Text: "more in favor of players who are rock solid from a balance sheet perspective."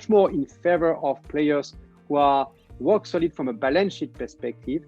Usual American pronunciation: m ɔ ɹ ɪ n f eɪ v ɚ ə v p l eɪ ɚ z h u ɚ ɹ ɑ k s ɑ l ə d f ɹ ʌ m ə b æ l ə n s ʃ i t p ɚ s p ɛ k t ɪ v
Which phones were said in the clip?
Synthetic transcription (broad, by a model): m ɔ ɹ ɪ n f eɪ v ɚ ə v p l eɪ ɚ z h u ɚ w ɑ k s ɑ l ə d f ɹ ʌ m ə b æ l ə n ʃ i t p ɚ s p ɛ k t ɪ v